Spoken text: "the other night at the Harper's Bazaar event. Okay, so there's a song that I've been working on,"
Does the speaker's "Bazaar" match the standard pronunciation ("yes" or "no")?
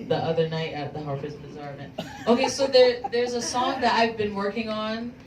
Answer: yes